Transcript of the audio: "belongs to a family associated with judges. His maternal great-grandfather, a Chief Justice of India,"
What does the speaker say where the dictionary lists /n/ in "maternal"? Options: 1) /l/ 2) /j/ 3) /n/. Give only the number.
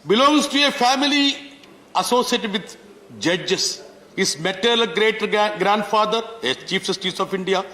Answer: 1